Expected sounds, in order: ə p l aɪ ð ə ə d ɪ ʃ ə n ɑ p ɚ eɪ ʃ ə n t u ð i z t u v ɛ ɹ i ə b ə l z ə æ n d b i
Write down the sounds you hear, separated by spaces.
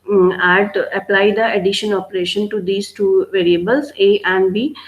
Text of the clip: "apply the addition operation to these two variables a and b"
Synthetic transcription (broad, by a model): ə p l aɪ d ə ə d ɪ ʃ ə n ɑ p ɚ eɪ ʃ ə n t u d i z t u v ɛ ɹ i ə b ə l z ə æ n d b i